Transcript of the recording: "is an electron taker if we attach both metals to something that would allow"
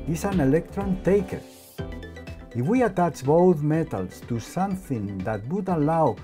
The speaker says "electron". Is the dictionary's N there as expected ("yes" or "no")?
yes